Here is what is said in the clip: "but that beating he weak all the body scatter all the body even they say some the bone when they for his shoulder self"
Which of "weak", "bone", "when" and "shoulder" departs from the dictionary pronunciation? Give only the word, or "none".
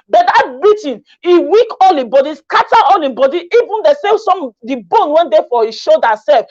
shoulder